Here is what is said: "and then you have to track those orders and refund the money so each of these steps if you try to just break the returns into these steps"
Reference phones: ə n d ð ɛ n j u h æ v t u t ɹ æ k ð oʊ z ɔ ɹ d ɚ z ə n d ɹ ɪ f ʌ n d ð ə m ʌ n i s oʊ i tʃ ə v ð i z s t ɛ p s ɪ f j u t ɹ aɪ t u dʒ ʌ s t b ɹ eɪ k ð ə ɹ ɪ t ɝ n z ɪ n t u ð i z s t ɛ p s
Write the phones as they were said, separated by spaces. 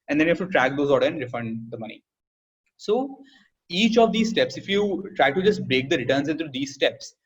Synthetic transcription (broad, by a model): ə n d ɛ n j u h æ f t u t ɹ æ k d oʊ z ɔ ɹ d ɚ ə n d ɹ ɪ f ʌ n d ə m ʌ n i s oʊ i tʃ ə v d i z s t ɛ p s ɪ f j u t ɹ aɪ t u dʒ ʌ s t b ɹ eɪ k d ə ɹ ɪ t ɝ n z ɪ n t u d i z s t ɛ p s